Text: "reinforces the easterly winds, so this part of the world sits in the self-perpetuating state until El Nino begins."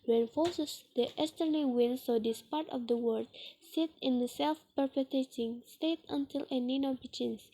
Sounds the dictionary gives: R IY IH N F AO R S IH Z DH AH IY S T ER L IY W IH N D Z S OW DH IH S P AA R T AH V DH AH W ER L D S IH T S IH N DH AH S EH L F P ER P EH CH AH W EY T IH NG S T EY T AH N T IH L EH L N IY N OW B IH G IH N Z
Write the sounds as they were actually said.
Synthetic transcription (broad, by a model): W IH N F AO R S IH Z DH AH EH S T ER N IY W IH N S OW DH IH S P AA R T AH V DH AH W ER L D S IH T IH N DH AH S EH L F P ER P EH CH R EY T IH NG S T EY T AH N T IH L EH N IY N OW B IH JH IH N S